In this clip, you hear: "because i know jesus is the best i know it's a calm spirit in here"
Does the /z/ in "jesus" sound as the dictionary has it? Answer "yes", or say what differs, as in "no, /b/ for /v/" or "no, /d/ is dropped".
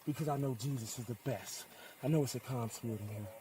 yes